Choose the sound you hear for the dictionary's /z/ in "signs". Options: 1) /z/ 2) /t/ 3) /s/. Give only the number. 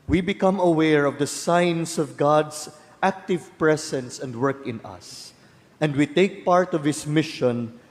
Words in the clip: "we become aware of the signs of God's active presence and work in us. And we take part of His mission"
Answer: 3